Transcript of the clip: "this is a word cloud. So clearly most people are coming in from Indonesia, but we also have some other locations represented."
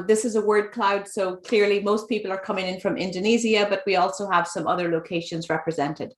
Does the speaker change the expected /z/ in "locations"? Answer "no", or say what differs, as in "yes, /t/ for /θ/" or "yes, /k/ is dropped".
no